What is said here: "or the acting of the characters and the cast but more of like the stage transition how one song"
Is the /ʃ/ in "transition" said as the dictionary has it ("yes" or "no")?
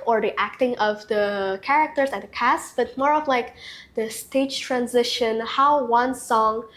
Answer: yes